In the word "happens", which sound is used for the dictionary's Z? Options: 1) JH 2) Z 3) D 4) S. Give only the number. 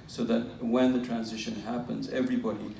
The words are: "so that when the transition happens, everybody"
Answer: 2